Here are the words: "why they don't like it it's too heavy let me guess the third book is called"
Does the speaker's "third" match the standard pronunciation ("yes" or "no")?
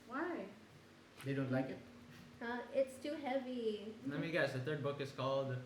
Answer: no